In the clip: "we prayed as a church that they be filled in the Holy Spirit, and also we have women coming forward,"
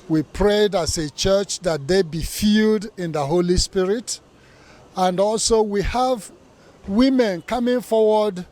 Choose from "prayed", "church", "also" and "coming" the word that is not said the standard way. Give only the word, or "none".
none